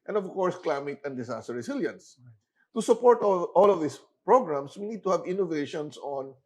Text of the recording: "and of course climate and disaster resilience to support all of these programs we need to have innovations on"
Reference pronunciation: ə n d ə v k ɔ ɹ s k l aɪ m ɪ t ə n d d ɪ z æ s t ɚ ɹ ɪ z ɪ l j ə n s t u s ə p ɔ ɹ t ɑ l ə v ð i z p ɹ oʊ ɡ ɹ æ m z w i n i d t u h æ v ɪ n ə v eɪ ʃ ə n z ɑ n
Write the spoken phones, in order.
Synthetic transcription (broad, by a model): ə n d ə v k ɔ ɹ s k l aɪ m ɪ t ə n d d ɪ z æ s t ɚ ɹ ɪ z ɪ l j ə n s t u s ə p ɔ ɹ t ɑ l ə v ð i s p ɹ oʊ ɡ ɹ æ m s w i n i d t u h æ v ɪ n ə v eɪ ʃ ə n s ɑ n